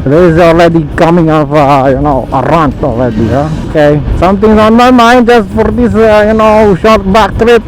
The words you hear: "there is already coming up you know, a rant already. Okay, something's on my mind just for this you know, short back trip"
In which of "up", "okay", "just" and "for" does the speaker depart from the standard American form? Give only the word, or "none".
up